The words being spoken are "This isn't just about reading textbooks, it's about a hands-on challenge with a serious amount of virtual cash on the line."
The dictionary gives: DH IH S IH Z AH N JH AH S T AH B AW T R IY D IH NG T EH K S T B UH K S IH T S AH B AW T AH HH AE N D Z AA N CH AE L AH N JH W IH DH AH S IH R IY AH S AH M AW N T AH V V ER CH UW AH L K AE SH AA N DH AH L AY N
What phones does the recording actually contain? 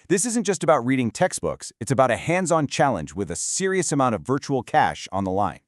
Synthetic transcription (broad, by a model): DH IH S IH Z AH N JH AH S T AH B AW T R IY D IH NG T EH K S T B UH K S IH T S AH B AW T AH HH AE N D Z AA N CH AE L AH N JH W IH DH AH S IH R IY AH S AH M AW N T AH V V ER CH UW L K AE SH N DH AH L AY N